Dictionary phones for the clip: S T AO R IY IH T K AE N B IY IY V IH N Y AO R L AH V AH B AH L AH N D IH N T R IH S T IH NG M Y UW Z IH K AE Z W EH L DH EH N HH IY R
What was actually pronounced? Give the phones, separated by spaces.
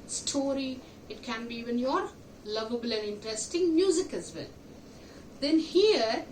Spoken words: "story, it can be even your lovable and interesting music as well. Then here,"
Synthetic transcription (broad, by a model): S T AO R IY IH T K AE N B IY IY V IH N Y AO R L AH V AH B AH L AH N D IH N T R IH S T IH NG M Y UW Z IH K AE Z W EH L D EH N HH IY R